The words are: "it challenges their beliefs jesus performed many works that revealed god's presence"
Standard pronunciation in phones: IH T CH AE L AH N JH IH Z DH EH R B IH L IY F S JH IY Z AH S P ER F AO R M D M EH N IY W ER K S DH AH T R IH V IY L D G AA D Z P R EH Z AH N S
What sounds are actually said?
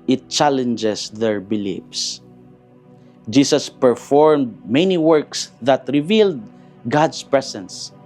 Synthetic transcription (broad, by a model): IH T CH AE L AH N JH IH S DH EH R B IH L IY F S JH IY S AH S P ER F AO R M D M EH N IY W ER K S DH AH T R IH V IY L D G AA D S P R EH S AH N S